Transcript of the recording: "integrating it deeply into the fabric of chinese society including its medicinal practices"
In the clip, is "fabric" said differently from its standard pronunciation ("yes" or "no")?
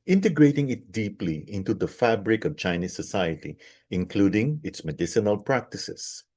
no